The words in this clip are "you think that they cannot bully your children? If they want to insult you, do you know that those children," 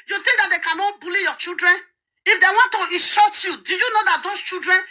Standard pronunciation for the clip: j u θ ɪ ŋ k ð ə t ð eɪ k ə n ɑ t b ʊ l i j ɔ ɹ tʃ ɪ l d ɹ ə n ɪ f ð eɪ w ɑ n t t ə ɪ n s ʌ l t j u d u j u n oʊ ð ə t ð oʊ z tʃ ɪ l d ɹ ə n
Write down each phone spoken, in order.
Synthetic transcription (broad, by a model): j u t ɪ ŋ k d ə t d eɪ k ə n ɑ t b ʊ l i j ɔ tʃ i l d ɹ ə n ɪ f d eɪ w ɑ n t t ə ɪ s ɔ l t j u d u j u n oʊ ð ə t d oʊ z tʃ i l d ɹ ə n